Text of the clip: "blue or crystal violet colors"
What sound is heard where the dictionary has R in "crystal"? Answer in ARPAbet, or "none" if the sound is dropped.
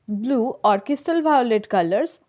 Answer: none